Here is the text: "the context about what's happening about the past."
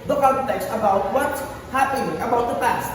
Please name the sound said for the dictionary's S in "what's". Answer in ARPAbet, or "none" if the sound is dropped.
none